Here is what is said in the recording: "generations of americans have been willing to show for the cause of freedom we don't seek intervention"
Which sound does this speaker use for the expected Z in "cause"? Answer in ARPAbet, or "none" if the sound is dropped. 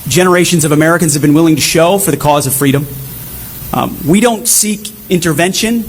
Z